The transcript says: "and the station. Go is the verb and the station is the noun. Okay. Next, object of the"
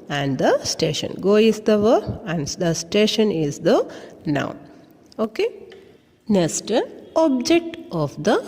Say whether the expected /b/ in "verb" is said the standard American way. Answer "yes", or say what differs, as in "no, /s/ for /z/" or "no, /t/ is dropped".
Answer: no, /b/ is dropped